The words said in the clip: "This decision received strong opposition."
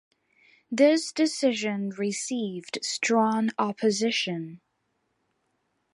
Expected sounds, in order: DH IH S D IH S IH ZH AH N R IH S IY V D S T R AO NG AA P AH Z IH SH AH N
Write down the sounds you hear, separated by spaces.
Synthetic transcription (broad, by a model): DH IH S D IH S IH ZH AH N R IH S IY V D S T R AO NG AA P AH Z IH SH AH N